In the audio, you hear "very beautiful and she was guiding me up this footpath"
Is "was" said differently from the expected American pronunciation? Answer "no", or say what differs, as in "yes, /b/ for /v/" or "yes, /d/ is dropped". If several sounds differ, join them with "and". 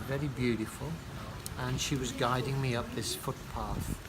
no